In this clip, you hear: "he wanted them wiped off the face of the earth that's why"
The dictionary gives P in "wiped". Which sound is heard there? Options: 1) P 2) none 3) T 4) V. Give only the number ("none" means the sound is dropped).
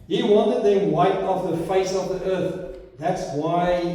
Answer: 2